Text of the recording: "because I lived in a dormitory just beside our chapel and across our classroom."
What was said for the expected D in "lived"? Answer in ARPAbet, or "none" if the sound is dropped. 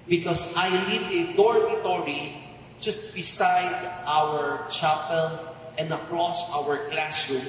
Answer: none